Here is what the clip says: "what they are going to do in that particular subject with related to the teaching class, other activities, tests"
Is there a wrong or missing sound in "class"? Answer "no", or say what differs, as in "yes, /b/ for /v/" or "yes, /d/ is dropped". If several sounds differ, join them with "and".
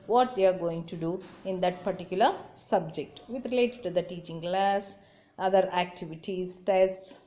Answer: no